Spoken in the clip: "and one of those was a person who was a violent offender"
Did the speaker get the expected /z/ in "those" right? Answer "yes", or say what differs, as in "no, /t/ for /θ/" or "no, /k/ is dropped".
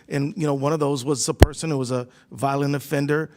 yes